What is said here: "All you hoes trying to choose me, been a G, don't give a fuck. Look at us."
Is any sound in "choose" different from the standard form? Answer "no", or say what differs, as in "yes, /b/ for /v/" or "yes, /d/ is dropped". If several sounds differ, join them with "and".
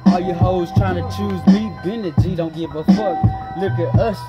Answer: no